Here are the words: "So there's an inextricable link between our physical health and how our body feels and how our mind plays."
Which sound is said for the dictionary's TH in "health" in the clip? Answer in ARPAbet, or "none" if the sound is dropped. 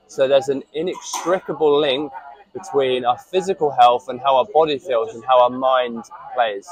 TH